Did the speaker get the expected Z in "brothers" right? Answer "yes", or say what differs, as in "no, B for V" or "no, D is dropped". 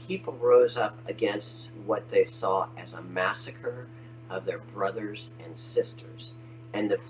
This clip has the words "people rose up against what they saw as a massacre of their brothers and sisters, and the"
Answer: yes